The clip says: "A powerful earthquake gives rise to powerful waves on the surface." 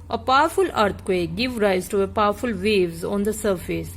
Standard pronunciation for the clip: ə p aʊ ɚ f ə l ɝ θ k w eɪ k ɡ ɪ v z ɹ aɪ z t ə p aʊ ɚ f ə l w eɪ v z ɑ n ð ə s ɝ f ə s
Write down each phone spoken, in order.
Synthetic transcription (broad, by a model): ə p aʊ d f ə l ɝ t k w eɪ ɡ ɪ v ɹ aɪ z t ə p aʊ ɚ f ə l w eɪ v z ɑ n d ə s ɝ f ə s